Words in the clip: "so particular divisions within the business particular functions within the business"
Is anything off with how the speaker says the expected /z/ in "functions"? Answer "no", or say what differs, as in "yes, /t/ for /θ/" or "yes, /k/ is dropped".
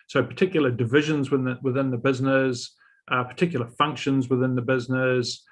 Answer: no